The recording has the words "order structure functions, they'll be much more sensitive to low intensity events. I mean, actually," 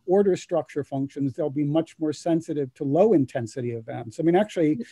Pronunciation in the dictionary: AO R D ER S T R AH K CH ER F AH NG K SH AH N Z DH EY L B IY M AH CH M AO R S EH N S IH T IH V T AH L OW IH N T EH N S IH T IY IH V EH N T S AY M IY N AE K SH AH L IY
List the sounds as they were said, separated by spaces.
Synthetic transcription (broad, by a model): AO R D ER S T R AH K CH ER F AH NG K SH AH N Z DH EY L B IY M AH CH M AO R S EH N S IH T IH V T AH L OW IH N T EH N S IH T IY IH V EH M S AY M IY N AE K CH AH L IY